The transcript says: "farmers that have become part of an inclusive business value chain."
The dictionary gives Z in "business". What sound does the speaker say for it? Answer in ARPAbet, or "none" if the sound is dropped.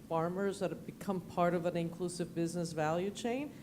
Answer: Z